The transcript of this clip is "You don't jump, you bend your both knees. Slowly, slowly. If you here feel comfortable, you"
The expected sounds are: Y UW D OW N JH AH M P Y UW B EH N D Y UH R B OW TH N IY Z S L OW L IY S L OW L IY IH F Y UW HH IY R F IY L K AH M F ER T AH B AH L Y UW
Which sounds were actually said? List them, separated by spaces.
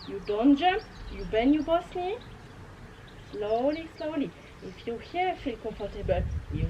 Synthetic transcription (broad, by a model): Y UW D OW N JH AH M P Y UW B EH N Y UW B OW S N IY S L OW L IY S L OW L IY IH F Y UW HH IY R F IY L K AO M F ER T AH B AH L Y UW